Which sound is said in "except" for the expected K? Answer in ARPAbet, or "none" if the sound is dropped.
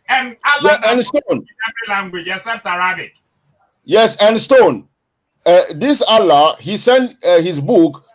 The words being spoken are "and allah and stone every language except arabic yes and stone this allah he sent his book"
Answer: none